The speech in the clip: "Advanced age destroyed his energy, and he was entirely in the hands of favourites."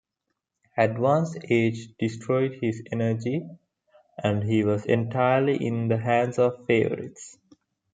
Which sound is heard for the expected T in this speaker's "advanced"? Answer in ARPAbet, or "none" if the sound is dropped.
none